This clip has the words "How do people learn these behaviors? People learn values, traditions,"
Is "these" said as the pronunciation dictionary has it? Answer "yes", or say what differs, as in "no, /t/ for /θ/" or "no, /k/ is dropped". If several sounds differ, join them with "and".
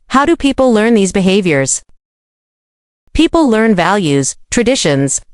yes